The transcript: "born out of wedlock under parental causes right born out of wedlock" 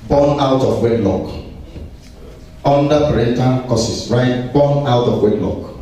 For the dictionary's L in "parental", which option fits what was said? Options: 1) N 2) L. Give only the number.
1